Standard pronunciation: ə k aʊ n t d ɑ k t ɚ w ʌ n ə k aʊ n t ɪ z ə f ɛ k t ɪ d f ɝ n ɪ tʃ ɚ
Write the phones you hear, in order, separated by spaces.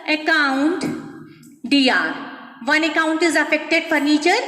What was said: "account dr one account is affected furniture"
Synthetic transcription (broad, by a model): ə k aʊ n t d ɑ t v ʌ n ə k aʊ n t ɪ z ə f ɛ k t ɪ d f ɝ n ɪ tʃ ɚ